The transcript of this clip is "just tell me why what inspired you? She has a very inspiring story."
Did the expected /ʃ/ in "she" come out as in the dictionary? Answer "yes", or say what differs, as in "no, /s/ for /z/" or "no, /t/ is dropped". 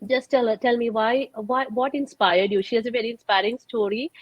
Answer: yes